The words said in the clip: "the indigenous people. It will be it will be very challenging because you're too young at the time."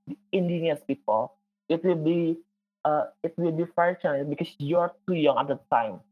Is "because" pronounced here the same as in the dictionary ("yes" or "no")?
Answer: no